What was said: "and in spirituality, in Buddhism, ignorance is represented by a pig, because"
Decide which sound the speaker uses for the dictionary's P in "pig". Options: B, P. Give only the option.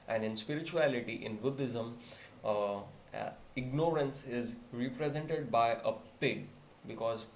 P